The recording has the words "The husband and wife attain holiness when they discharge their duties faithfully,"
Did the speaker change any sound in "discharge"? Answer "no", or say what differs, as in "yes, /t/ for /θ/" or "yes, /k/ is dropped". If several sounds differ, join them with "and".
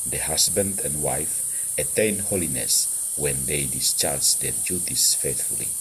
no